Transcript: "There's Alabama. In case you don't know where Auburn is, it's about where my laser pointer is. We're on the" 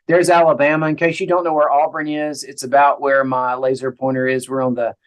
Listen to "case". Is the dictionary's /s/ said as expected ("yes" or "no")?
no